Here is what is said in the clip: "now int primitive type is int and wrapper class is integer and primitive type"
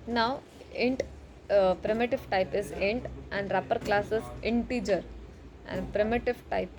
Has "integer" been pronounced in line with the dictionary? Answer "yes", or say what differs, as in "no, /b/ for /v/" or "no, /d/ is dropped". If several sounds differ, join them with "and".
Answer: yes